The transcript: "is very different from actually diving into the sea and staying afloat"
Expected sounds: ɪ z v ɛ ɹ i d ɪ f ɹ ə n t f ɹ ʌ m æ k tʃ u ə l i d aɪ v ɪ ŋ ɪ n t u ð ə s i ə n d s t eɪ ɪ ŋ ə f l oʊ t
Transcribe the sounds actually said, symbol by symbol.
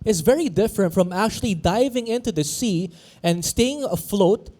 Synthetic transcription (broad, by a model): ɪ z v ɛ ɹ i d ɪ f ɹ ə n t f ɹ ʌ m æ k tʃ u ə l i d aɪ v ɪ ŋ ɪ n t u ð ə s i ə n d s t eɪ ɪ ŋ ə f l oʊ t